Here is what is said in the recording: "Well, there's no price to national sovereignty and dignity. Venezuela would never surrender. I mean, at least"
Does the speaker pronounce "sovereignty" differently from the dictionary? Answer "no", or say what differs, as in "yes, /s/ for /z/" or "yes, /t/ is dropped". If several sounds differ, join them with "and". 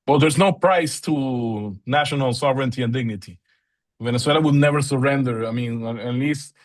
no